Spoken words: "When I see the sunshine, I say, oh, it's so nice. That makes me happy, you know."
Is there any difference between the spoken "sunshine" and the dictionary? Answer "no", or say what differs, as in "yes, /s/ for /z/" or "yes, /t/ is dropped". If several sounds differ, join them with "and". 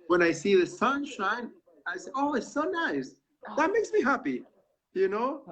no